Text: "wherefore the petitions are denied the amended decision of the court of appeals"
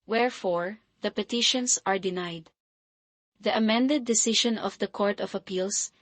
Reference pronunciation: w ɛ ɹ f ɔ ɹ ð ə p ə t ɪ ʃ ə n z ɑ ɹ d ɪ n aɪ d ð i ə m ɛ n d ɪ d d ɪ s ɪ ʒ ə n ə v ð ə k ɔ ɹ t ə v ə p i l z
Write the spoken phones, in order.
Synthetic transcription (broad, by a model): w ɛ ɹ f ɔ ɹ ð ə p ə t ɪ ʃ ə n s ɑ ɹ d ɪ n aɪ d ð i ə m ɛ n d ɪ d d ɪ s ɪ ʃ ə n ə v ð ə k ɔ ɹ t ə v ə p i l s